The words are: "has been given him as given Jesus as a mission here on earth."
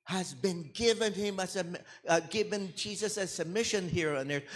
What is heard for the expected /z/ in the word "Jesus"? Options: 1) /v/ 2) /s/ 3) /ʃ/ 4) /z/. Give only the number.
4